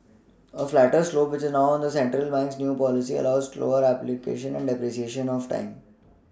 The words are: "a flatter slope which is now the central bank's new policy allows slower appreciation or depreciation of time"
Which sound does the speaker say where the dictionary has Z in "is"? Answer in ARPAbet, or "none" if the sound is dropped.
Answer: Z